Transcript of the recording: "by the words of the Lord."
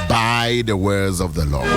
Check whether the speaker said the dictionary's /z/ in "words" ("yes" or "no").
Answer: yes